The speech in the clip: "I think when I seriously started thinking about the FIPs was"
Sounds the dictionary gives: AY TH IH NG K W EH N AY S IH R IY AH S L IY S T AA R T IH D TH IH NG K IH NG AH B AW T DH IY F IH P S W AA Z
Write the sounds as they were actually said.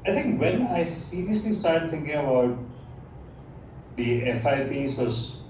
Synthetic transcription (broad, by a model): AY T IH NG K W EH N AY S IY R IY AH S L IY S T AA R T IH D T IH NG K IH NG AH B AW T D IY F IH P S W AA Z